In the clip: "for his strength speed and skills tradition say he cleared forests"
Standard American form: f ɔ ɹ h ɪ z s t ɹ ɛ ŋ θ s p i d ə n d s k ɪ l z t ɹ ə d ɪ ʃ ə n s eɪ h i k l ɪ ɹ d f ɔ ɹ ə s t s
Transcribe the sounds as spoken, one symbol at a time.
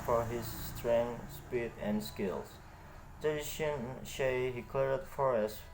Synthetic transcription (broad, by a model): f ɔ ɹ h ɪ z s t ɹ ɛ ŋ s p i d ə n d s k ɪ l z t ə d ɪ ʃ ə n ʃ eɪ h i k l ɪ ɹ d f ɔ ɹ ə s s